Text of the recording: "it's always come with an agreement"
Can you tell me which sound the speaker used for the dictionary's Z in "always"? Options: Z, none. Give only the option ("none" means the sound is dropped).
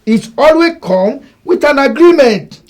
none